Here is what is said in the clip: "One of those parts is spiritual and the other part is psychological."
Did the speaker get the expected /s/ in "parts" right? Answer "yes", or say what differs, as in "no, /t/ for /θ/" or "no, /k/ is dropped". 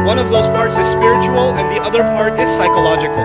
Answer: yes